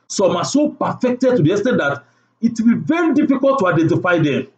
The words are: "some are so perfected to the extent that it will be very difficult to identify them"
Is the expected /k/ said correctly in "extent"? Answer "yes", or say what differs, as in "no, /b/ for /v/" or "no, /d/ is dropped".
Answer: no, /k/ is dropped